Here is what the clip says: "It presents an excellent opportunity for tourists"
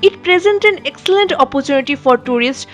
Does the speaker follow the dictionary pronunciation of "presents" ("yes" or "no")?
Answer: no